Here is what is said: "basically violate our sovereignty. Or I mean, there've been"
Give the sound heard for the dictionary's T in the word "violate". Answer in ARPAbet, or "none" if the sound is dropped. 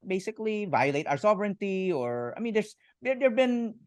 T